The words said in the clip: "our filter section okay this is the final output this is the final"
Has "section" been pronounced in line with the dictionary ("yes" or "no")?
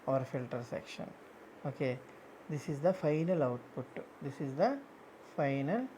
yes